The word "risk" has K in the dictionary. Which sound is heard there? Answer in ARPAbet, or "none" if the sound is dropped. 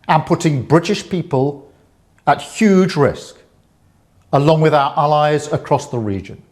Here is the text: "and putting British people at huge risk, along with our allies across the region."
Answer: K